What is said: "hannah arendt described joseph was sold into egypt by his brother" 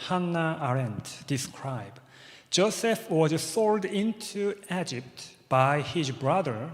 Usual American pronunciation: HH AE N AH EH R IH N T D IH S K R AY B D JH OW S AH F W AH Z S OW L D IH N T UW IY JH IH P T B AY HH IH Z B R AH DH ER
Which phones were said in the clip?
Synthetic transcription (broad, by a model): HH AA N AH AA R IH N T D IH S K R AY B JH OW S AH F W AH Z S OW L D IH N T UW IY JH IH P T B AY HH IH Z B R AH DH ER